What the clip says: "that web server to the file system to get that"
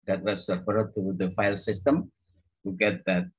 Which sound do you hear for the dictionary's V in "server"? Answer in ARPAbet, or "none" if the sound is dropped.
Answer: P